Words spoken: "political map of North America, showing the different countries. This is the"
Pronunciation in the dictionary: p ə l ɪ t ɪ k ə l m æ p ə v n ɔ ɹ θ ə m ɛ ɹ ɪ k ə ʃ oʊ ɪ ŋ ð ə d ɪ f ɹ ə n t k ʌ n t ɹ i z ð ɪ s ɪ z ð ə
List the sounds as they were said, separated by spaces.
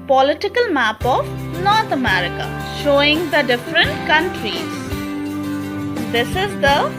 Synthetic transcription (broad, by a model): p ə l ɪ t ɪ k ə l m æ p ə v n ɔ ɹ t ə m ɛ ɹ ɪ k ə ʃ oʊ ɪ ŋ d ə d ɪ f ɹ ə n t k ʌ n t ɹ i z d ɪ s ɪ z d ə